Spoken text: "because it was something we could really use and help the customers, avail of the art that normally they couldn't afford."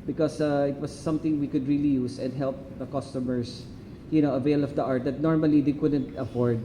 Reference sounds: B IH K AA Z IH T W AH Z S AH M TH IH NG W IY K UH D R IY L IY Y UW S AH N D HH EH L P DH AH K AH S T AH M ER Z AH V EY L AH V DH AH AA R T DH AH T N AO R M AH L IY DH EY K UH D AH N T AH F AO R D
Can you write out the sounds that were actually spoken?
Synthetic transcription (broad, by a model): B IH K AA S IH T W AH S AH M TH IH NG W IY K UH D R IY L IY Y UW S AH N D HH EH L P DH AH K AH S T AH M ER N AH V EY L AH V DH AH AA R T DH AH T N AO R M AH L IY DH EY K UH D AH N T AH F AO R D